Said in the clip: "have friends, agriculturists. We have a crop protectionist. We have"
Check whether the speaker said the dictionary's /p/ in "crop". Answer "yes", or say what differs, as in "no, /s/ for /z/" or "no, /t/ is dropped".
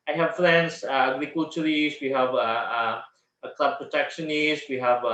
no, /b/ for /p/